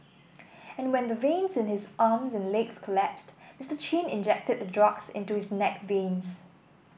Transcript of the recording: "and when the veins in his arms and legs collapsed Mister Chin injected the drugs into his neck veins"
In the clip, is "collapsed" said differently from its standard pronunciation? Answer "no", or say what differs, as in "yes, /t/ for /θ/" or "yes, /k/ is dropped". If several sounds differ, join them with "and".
no